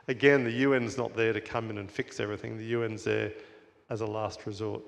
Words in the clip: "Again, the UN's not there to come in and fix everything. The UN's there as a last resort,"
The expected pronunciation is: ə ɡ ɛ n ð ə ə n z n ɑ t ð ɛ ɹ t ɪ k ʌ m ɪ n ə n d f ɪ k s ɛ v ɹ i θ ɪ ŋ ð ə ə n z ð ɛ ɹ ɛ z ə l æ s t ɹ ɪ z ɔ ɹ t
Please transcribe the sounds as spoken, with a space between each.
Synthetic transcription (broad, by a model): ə ɡ ɛ n ð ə ə n z n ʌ t ð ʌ ɹ t ɪ k ʌ m ɪ n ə n f ɪ k s ɛ v ɹ i θ ɪ ŋ ð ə ə n z ð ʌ ɹ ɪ z ə l æ s t ɹ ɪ z ɔ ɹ t